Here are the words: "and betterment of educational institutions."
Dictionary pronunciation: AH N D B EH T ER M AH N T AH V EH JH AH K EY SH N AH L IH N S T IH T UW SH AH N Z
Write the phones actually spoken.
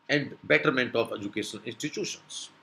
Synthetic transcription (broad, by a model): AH N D B EH T ER M AH N T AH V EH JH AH K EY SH AH N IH N S T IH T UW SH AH N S